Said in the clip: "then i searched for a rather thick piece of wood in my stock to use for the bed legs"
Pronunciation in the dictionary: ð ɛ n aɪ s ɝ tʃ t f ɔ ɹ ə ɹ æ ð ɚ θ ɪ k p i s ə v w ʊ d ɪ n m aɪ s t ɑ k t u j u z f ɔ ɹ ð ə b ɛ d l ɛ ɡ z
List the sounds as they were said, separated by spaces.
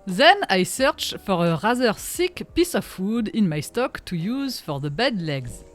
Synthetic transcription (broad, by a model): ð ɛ n aɪ s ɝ tʃ f ɔ ɹ ə ɹ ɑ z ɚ s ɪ k p i s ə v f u d ɪ n m aɪ s t ɑ k t u j u z f ɔ ɹ ð ə b ɛ d l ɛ ɡ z